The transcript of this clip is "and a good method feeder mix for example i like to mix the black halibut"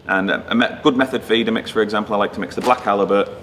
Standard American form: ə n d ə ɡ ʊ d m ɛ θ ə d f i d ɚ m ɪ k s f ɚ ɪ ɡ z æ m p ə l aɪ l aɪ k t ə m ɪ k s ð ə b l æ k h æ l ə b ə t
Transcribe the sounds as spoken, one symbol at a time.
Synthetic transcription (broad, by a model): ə n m ə ɡ ʊ d m ɛ θ ə d f i d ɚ m ɪ k s f ɚ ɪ ɡ z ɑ m p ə l aɪ l aɪ k t ə m ɪ k s ð ə b l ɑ k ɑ l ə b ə t